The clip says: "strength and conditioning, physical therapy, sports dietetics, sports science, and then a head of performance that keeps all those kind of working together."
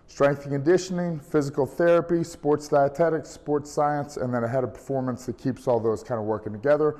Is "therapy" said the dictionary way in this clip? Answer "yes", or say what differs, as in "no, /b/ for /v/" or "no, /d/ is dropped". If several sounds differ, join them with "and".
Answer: yes